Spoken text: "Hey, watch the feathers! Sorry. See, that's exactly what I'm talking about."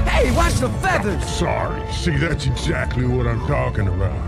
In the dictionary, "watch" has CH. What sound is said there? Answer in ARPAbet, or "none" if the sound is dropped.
S